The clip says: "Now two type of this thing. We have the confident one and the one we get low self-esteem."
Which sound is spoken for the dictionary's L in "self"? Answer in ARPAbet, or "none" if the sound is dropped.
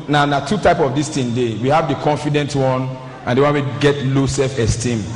none